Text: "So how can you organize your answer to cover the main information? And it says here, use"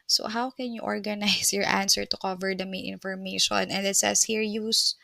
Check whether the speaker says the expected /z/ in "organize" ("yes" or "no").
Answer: no